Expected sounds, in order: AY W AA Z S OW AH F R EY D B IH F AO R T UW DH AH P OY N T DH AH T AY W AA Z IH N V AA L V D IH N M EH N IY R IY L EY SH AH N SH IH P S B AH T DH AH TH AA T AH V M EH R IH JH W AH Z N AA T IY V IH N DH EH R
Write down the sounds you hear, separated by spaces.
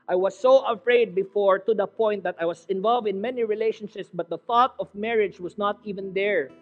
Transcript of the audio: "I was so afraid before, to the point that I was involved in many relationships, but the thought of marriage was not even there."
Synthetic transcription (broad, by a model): AY W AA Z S OW AH F R EY D B IH F AO R T UW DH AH P OY N T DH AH T AY W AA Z IH N V AA L V D IH N M EH N IY R IY L EY SH AH N SH IH P S B AH T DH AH TH AA T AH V M EH R IH JH W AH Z N AA T IY V IH N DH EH R